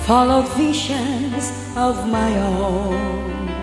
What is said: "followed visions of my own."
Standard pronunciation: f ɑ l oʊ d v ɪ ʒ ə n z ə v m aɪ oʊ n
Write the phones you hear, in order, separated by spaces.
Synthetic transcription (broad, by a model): f ɑ l oʊ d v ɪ ʃ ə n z ə v m aɪ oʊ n